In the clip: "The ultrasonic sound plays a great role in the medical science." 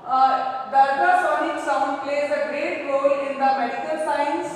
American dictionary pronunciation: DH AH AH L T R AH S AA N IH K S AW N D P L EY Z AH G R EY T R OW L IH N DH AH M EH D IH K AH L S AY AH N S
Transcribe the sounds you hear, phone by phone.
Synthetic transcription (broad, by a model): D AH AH T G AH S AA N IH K S AW N D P L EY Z AH G R EY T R OW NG IH N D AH M EH D IH K AH L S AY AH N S